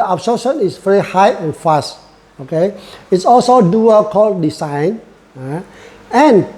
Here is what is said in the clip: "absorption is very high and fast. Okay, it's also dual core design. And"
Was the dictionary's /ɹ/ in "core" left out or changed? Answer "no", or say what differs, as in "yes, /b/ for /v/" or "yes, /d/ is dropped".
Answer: yes, /l/ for /ɹ/